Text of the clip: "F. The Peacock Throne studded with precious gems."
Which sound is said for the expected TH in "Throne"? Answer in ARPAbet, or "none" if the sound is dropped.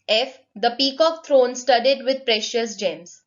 T